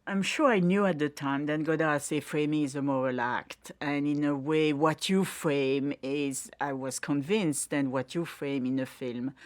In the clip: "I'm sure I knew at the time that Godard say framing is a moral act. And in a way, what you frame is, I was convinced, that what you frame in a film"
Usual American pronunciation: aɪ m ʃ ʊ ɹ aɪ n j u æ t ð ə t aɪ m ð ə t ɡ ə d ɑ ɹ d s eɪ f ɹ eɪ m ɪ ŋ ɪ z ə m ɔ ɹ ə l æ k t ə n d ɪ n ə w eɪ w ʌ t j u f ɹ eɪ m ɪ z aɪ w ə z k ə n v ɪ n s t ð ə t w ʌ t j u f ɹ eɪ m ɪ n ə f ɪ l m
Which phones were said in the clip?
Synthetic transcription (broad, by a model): aɪ m ʃ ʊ ɹ aɪ n j u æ t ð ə t aɪ m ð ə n ɡ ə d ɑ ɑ s eɪ f ɹ eɪ m ɪ ŋ ɪ z ə m ɔ ɹ ə l æ k t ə n ɪ n ə w eɪ w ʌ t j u f ɹ eɪ m ɪ z aɪ w ə z k ə n v ɪ n s t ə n w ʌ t j u f ɹ eɪ m ɪ n ə f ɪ l m